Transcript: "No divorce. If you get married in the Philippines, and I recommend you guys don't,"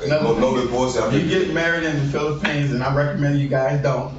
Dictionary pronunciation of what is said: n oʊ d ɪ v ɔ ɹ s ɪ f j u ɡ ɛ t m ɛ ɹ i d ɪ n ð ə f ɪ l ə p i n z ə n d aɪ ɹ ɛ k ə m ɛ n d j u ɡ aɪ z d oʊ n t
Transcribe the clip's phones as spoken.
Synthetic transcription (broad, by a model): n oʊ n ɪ b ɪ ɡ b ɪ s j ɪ ɡ ɛ t m ɛ ɹ i d ɪ n ð ə f ɪ l ə p i n z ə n aɪ ɹ ɛ k ə m ɛ n d j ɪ ɡ aɪ z d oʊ n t